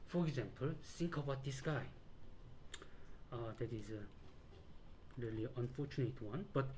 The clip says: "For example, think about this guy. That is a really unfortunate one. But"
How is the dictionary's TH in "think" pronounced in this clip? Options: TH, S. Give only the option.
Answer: S